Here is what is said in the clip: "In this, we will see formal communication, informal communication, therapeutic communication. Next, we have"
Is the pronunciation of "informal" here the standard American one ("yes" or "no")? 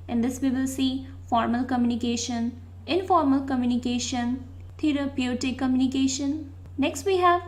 yes